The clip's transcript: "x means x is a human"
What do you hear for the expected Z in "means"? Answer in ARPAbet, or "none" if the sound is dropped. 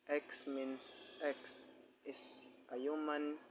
S